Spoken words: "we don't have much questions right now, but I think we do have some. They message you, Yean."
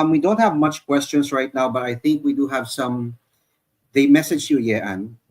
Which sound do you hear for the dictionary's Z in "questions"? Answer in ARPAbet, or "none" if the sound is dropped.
S